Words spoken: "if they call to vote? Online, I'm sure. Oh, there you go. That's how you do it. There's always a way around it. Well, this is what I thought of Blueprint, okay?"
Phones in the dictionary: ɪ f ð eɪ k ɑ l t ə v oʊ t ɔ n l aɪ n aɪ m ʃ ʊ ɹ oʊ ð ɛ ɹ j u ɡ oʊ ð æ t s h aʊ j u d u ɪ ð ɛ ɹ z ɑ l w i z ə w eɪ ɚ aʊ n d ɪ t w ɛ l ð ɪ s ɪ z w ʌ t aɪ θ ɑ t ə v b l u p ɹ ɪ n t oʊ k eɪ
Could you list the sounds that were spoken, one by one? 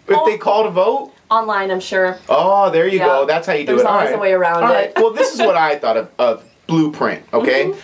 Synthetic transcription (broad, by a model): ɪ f ð eɪ k ɑ l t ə v oʊ t ɔ n l aɪ n aɪ m ʃ ʊ ɹ oʊ ð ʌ ɹ j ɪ ɡ oʊ ð æ t s h aʊ j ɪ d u ɪ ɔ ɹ ɑ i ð ə w eɪ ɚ aʊ n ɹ ɪ t w ɛ l ð ɪ s ɪ z w ʌ t aɪ θ ɑ t ə v b l u p ɹ ɪ n t oʊ k eɪ